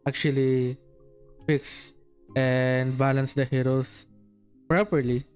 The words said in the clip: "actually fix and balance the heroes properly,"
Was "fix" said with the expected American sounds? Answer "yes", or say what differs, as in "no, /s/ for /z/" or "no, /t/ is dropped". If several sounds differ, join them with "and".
yes